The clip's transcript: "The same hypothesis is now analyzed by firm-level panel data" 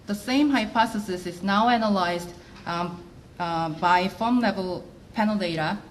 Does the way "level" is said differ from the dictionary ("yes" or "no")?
no